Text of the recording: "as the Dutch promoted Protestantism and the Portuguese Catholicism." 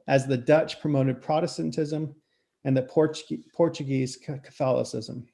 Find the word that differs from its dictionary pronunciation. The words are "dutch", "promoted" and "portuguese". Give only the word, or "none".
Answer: none